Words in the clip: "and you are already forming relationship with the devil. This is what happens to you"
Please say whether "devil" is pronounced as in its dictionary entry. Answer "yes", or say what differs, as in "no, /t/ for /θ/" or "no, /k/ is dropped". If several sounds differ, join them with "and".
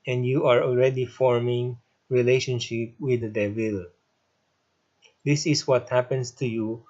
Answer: no, /w/ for /v/